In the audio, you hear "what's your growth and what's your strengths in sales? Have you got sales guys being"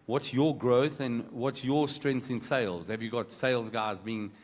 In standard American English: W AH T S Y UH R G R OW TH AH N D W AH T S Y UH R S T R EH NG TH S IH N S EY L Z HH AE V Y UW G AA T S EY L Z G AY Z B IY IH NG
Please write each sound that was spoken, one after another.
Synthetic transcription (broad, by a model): W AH T S Y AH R G R OW TH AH N W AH T S Y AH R S T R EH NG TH IH N S EY L Z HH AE V Y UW G AA T S EY L Z G AY Z B IY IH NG